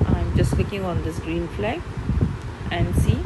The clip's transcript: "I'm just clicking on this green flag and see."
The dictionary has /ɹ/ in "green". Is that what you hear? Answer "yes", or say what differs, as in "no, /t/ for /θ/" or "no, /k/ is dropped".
yes